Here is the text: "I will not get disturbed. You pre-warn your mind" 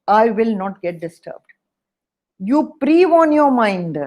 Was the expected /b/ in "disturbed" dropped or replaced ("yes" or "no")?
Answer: no